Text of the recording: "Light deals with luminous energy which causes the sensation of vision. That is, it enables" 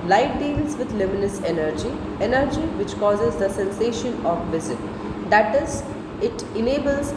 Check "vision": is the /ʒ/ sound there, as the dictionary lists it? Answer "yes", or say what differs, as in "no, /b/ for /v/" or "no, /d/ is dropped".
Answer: no, /z/ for /ʒ/